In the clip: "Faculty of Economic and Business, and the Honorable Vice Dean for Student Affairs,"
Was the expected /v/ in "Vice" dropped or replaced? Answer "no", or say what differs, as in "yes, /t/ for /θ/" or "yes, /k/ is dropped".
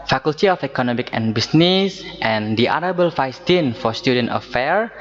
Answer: yes, /f/ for /v/